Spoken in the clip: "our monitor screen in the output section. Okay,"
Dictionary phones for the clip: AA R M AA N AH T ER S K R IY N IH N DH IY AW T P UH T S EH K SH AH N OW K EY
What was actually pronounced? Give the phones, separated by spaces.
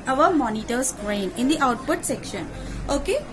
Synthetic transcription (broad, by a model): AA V M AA N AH T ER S R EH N IH N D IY AW T P UH T S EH K SH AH N OW K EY